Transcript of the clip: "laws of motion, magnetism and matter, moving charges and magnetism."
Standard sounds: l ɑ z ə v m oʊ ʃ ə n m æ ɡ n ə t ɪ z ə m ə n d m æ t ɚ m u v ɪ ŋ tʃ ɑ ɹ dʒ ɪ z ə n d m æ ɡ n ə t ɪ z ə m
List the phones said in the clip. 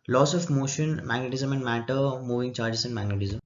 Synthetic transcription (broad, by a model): l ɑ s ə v m oʊ ʃ ə n m æ ɡ n ə t ɪ z ə m ə n d m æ t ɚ m u v ɪ ŋ tʃ ɑ ɹ dʒ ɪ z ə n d m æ ɡ n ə t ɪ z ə m